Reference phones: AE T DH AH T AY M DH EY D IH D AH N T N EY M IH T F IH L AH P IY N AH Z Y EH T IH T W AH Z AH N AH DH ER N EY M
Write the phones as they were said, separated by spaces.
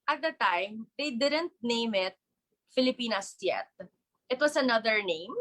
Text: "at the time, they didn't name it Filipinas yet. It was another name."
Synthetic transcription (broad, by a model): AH T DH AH T AY M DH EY D IH D AH N T N EY M IH T F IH L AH P IY N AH S Y EH T IH T W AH S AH N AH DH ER N EY M